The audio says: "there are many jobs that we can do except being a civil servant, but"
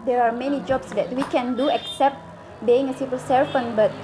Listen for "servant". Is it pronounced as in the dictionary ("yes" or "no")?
no